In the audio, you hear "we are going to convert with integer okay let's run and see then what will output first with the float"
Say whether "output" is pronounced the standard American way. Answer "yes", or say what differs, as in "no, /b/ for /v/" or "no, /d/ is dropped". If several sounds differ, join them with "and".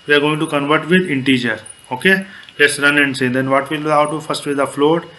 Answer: no, /p/ is dropped